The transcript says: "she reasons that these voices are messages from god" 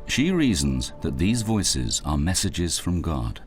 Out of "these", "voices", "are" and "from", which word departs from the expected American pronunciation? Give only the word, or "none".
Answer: none